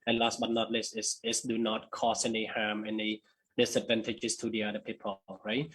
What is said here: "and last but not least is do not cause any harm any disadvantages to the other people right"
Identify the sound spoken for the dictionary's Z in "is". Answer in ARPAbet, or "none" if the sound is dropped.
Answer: S